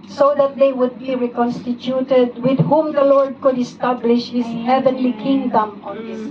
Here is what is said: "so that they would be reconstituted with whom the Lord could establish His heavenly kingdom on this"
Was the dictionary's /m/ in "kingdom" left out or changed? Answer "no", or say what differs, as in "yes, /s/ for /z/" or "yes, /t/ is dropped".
no